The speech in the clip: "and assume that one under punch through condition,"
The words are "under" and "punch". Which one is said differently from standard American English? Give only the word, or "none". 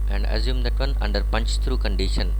none